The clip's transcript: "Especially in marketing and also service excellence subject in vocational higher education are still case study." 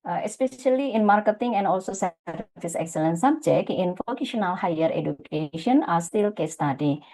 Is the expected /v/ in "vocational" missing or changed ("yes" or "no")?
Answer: yes